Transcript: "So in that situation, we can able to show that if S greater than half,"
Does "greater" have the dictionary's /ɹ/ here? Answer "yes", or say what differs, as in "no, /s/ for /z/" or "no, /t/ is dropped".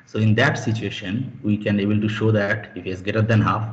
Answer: no, /ɹ/ is dropped